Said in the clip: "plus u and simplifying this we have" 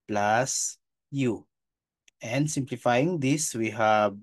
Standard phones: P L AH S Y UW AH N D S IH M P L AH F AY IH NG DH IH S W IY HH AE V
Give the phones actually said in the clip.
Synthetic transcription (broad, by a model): P L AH S Y UW AH N D S IH M P L AH F AY IH NG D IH S W IY HH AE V